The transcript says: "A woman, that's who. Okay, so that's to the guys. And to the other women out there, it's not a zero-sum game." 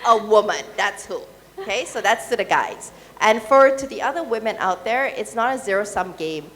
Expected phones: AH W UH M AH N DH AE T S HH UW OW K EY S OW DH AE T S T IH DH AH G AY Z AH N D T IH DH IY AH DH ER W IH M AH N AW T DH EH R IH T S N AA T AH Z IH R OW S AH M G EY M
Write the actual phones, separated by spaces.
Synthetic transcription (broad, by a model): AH W UH M AH N DH AE T S HH UW OW K EY S OW DH AE T S T IH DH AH G AY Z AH N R T IH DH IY AH DH ER W IH M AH N AW T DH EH R IH T S N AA T AH Z IH R OW S AH M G EY M